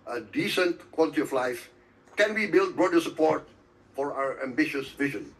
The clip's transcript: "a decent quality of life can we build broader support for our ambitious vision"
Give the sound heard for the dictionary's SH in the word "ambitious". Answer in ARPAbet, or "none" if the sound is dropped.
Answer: SH